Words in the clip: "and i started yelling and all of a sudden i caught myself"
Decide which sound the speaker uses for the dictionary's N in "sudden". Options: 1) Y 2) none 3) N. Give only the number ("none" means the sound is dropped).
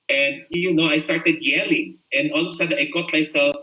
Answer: 2